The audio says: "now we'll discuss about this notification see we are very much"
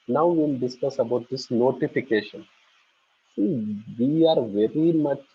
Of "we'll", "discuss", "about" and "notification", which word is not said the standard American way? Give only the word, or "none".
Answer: we'll